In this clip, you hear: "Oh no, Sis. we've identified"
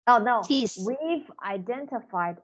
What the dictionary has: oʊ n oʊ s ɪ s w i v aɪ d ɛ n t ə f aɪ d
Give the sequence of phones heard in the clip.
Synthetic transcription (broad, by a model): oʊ n oʊ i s w i v aɪ d ɛ n t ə f aɪ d